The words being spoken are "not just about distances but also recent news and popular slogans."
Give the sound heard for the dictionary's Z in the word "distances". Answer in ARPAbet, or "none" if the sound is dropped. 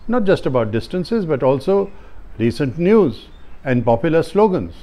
Z